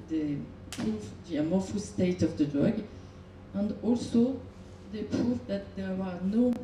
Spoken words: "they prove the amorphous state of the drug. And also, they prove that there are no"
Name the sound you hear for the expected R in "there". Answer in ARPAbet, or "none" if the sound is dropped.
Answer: W